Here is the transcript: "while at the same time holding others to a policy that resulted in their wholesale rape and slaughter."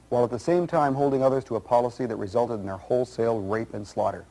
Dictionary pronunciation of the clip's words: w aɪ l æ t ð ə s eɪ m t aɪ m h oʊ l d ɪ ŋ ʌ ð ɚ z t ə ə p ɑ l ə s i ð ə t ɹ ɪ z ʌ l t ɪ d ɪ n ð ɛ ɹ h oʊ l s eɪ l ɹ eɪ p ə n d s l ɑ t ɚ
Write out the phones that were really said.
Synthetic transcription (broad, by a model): w aɪ l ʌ t ð ə s eɪ m t aɪ m h oʊ l d ɪ ŋ ʌ ð ɚ z t ə ə p ɑ l ə s i ð ə t ɹ ɪ z ʌ l t ɪ d n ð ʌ ɹ h oʊ l s eɪ l ɹ eɪ p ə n s l ɑ t ɚ